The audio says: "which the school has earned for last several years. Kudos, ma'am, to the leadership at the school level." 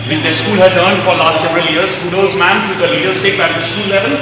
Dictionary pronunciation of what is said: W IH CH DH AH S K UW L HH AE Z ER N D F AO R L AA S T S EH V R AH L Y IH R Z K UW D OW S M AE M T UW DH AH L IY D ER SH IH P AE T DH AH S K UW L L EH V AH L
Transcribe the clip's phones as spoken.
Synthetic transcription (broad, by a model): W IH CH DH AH S K UW L HH AE Z ER N D F AO R L AA S T S EH V R AH L Y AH R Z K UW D OW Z M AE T T UW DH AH L IY D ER S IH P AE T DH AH S K UW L L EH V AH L